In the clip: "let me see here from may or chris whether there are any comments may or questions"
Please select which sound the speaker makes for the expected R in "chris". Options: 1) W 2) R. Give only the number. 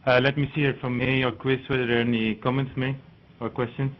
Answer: 1